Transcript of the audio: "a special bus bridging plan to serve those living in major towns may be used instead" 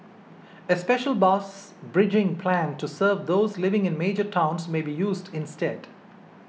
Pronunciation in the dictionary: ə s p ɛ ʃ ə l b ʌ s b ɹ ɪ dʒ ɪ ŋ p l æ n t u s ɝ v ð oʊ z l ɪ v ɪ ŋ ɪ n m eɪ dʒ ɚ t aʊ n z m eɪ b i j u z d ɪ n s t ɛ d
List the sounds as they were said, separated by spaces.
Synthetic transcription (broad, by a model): ə s p ɛ ʃ ə l b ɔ s b ɹ ɪ dʒ ɪ ŋ p l æ n t u s ɝ v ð oʊ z l ɪ v ɪ ŋ ɪ n m eɪ dʒ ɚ t aʊ n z m eɪ b i j u z d ɪ n s t ɛ d